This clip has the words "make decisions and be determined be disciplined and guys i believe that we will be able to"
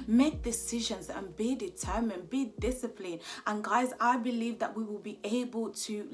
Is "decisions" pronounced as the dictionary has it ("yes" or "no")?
yes